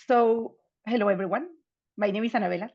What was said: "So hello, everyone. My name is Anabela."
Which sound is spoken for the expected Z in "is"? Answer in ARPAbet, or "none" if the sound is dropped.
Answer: S